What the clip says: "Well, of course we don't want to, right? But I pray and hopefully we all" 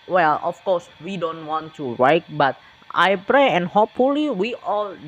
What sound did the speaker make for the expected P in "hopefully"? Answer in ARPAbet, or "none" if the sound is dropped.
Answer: P